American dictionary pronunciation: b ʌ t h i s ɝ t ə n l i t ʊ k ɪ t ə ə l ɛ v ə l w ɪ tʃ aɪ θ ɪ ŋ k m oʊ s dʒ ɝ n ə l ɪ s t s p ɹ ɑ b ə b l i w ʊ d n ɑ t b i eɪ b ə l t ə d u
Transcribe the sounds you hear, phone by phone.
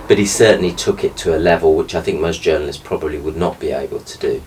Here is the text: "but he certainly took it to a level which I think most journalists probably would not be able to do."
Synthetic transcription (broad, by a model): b ʌ t h i s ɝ t n l i t ʊ k ɪ t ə ə l ɛ v ə l w ɪ tʃ aɪ θ ɪ ŋ k m oʊ s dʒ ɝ n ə l ɪ s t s p ɹ ɑ b ə b l i w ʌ d n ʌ t b i eɪ b ə l t ə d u